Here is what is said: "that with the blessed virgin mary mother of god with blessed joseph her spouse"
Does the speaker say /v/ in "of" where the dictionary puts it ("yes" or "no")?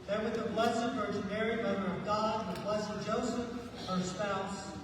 yes